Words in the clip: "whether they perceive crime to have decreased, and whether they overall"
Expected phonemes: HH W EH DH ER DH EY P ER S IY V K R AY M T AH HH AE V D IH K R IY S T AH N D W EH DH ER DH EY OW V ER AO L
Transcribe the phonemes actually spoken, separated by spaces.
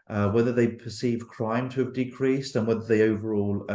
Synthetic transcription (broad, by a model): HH W EH DH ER DH EY P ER S IY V K R AY M T AH V D IH K R IY S T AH N W EH DH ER DH EY OW V ER AO L